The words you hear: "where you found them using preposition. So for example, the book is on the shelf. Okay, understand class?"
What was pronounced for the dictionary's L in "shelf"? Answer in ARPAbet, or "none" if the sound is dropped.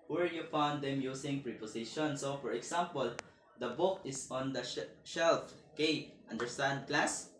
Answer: L